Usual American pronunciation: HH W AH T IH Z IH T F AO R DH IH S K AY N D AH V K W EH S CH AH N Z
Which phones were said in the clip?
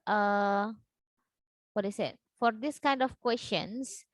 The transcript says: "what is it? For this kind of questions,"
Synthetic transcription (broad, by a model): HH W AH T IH S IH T F AO R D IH S K AY N D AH F K W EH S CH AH N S